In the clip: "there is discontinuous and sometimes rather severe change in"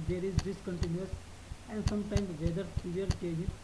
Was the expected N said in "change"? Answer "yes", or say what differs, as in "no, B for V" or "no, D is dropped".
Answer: no, N is dropped